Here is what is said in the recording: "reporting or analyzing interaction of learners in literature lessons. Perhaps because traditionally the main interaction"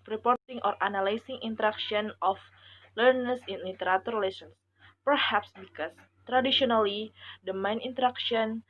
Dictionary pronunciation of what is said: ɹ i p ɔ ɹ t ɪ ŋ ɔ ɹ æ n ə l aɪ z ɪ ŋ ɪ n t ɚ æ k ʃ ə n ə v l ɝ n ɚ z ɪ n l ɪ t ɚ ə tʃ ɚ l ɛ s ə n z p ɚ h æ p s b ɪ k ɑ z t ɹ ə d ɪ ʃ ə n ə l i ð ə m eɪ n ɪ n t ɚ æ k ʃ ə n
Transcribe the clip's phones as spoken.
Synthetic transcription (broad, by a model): ɹ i p ɔ ɹ t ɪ ŋ ɔ ɹ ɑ n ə l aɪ s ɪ ŋ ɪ n t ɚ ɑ k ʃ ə n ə f l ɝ n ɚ s ɪ n l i t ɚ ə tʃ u l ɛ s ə n s p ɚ h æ p s b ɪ k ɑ s t ɹ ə d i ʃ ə n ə l i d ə m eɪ n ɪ n t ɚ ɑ k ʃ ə n